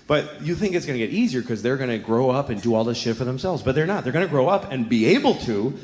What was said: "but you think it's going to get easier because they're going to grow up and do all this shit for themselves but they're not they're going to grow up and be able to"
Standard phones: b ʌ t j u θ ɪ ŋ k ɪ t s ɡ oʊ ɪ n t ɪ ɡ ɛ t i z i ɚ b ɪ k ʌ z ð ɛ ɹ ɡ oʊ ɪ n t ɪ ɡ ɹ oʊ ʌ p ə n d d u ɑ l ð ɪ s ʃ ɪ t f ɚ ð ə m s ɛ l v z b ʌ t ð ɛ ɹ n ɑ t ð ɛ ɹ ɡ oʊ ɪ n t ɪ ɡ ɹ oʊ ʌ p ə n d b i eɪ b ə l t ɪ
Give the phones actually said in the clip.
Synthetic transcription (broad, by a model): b ʌ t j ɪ θ ɪ ŋ k ɪ t s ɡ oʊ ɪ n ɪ ɡ ɛ t i z i ɚ k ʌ z ð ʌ ɹ ɡ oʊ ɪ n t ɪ ɡ ɹ oʊ ʌ p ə n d d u ɑ l ð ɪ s ʃ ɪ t f ɚ ð ə m s ɛ l v z b ʌ t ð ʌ ɹ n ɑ t ð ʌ ɹ ɡ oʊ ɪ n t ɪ ɡ ɹ oʊ ʌ p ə n b i eɪ b l t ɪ